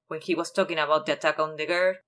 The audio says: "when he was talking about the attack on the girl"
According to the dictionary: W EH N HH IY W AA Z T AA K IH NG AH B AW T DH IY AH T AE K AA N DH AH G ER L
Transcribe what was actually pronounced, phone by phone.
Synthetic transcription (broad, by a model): W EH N HH IY W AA S T AA K IH NG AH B AW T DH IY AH T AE K AA N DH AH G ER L